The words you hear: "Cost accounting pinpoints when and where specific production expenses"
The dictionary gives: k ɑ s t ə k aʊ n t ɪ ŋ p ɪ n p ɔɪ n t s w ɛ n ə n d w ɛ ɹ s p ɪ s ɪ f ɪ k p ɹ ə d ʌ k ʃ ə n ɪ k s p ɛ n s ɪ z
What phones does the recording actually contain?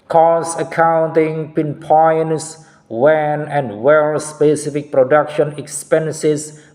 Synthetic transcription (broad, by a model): k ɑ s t ə k aʊ n t ɪ ŋ p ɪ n p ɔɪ n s w ɛ n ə n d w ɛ l s p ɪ s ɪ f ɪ k p ɹ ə d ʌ k ʃ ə n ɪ k s p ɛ n s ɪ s